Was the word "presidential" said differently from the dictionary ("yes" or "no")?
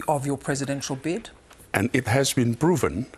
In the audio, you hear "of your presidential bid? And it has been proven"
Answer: no